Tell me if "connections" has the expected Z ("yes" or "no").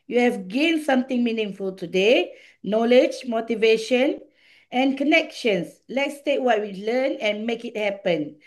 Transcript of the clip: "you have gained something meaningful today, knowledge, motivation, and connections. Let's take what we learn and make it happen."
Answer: no